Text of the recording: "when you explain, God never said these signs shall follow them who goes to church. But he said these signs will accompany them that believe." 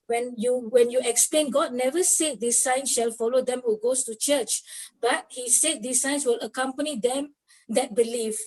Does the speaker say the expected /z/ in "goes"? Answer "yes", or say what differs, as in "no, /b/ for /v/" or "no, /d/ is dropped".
no, /s/ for /z/